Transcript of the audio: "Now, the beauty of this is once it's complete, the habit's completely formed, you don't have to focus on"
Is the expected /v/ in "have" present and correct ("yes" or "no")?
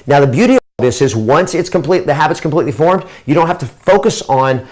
no